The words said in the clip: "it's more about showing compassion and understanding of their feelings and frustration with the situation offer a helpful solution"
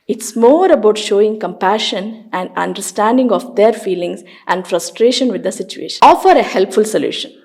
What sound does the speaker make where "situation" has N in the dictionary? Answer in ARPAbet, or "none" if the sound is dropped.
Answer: none